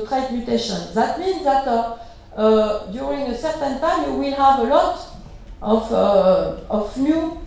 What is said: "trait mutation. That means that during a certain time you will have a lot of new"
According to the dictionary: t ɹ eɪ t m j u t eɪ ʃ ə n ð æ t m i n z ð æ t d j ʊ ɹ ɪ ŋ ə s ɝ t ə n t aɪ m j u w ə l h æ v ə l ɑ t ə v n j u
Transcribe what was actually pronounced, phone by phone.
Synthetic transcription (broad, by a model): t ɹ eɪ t m j u t eɪ ʃ ə n ð æ t m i n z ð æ t d j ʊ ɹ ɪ ŋ ə s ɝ t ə n t aɪ m j u w ə l h æ v ə l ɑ t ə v n j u